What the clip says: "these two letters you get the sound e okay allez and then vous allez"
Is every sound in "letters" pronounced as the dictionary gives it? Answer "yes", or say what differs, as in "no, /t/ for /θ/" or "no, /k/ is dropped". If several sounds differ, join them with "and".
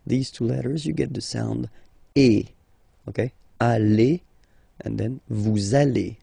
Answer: yes